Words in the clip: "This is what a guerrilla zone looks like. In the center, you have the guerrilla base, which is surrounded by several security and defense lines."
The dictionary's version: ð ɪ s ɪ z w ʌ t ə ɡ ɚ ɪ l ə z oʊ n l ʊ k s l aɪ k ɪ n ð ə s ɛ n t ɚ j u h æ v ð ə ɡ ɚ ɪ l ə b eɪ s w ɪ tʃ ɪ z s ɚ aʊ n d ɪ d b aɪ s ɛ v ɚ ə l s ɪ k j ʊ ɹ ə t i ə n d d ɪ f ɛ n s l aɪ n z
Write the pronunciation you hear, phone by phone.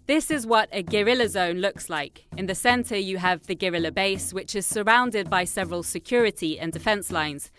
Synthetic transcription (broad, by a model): ð ɪ s ɪ z w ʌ t ə ɡ ɚ ɪ l ə z oʊ n l ʊ k s l aɪ k ɪ n ð ə s ɛ n t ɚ j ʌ v ð ə ɡ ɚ ɪ l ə b eɪ s w ɪ tʃ ɪ z s ɚ aʊ n d ɪ d b aɪ s ɛ v ɚ ə l s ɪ k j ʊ ɹ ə t i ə n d d ɪ f ɛ n s l aɪ n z